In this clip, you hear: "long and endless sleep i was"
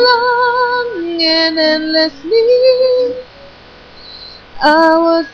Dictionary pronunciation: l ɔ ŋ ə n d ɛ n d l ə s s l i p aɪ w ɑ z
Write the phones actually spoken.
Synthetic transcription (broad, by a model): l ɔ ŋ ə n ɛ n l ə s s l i aɪ w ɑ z